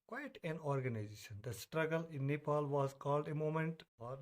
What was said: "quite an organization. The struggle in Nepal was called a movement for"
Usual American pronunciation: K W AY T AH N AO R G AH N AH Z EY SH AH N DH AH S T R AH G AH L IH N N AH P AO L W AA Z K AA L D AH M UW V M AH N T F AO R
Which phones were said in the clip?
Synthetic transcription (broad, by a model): K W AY T AH N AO R G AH N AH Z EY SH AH N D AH S T R AH G AH L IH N N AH P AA L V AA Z K AA L D AH M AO M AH N T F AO R